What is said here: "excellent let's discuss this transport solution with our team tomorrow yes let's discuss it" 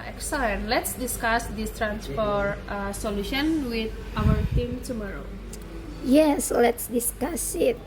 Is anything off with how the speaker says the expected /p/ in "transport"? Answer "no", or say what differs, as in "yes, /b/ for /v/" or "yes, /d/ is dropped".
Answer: yes, /f/ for /p/